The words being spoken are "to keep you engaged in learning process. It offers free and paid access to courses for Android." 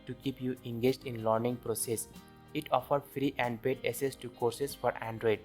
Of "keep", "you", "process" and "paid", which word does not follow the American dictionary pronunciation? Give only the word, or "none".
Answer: paid